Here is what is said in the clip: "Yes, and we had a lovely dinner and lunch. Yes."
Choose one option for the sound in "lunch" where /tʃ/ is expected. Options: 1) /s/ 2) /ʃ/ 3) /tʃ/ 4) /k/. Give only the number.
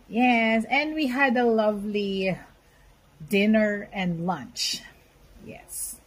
3